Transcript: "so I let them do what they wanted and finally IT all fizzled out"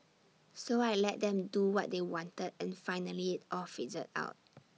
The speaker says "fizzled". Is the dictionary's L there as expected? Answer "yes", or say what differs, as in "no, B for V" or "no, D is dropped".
no, L is dropped